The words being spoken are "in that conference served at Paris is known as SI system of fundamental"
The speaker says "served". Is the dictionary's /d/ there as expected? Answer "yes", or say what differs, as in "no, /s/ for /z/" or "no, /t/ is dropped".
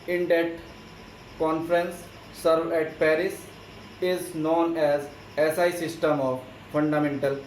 no, /d/ is dropped